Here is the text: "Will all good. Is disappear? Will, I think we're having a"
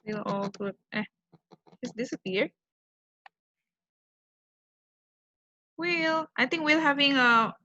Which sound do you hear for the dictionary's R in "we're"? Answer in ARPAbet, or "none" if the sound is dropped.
L